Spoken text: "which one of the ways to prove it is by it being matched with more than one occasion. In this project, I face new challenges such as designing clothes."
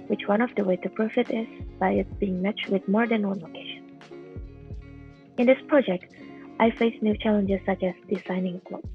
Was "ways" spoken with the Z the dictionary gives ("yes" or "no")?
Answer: no